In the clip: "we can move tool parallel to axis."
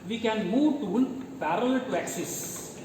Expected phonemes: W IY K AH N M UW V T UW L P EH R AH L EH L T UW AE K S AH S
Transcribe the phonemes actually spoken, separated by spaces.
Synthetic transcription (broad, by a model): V IY K AH N M UW V T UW N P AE R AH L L T UW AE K S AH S